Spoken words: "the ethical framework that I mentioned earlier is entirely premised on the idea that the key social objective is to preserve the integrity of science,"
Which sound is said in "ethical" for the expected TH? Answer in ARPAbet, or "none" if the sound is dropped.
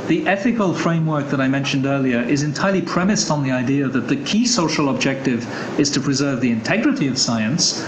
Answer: TH